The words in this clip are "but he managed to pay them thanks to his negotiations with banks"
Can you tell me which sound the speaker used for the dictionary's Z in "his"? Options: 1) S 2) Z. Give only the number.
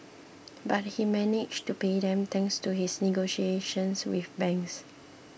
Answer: 1